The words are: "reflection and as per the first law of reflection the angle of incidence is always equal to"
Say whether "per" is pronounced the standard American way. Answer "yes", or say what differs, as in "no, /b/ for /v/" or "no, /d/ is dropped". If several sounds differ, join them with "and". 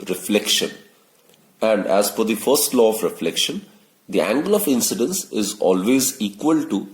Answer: no, /f/ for /p/